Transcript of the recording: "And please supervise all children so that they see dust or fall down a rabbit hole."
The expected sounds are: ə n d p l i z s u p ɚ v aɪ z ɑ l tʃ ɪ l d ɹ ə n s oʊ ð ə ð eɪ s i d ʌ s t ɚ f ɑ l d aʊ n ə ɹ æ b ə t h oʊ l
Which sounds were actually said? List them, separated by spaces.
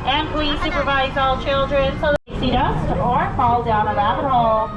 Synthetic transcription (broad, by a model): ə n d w i s u p ɚ v aɪ z ɑ l tʃ ɪ l d ɹ ə n s oʊ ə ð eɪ s i d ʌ s ɚ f ɑ l d aʊ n ə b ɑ ə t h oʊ l